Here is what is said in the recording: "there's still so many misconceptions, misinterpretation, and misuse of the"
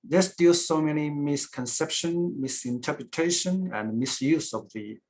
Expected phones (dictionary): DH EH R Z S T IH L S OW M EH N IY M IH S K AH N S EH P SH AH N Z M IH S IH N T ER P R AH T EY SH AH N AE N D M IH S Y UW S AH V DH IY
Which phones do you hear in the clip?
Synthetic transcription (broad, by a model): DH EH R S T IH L S OW M EH N IY M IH S K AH N S EH P SH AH N M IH S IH N T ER P R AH T EY SH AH N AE N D M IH S Y UW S AH V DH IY